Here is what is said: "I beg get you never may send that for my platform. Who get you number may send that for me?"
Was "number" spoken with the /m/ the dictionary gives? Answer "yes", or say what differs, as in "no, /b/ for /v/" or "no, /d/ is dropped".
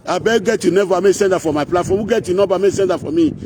no, /m/ is dropped